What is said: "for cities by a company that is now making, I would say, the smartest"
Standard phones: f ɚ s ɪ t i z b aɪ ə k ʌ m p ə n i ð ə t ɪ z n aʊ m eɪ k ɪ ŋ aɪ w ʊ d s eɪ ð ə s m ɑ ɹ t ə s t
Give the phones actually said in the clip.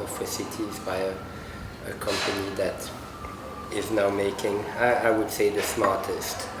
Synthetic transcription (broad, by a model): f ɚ s ɪ t i z b aɪ ə k ʌ m p ə n i ð ə t ɪ z n aʊ m eɪ k ɪ ŋ aɪ w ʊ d s eɪ ð ə s m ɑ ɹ t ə s t